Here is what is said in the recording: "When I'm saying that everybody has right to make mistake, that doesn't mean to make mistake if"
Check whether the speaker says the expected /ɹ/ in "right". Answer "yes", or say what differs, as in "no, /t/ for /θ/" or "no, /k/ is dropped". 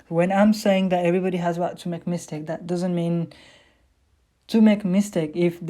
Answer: no, /w/ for /ɹ/